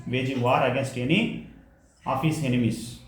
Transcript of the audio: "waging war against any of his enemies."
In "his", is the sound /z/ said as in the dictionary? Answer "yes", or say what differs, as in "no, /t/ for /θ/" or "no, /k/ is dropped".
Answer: no, /s/ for /z/